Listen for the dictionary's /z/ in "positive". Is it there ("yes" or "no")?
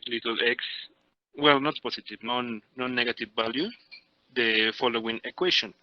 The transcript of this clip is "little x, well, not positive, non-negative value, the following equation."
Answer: no